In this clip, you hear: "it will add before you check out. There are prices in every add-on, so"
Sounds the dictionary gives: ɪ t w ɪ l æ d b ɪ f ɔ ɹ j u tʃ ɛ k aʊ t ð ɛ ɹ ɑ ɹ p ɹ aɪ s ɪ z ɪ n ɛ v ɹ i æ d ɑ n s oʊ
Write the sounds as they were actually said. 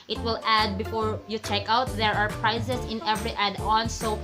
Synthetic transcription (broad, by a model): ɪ t w ɪ l æ d b ɪ f ɔ ɹ j u tʃ ɛ k aʊ t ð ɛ ɹ ɑ ɹ p ɹ aɪ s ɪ s ɪ n ɛ v ɹ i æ d ɑ n s oʊ